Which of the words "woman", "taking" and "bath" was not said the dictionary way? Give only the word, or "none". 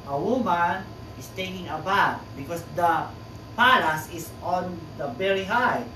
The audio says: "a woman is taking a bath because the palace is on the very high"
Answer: bath